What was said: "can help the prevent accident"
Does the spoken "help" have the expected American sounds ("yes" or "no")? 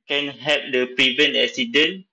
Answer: no